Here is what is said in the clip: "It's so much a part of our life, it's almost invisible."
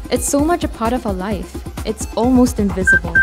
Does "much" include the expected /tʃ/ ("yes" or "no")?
yes